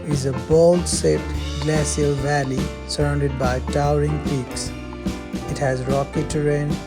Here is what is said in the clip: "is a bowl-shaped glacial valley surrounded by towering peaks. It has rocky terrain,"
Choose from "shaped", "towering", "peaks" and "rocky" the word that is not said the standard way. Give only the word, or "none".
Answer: shaped